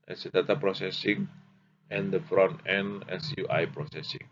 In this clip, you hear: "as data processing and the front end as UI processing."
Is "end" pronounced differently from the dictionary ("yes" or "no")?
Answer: yes